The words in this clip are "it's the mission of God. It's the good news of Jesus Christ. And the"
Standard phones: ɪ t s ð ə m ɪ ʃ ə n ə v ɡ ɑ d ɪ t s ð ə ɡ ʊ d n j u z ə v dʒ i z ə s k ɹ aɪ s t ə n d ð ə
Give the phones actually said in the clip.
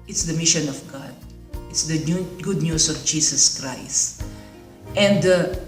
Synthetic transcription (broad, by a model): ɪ t s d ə m ɪ ʃ ə n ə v ɡ ɑ d ɪ t s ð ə ɡ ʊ d n j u s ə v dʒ i s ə s k ɹ aɪ s t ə n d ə